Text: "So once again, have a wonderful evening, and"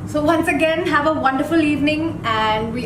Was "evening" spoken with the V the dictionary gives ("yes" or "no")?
yes